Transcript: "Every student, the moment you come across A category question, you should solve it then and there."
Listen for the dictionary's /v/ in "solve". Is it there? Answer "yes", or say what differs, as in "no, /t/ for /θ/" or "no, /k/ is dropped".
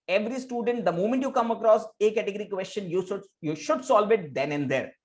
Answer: yes